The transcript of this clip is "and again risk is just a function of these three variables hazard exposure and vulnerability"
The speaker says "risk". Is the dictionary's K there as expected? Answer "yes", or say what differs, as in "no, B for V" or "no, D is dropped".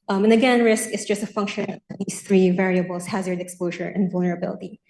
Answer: yes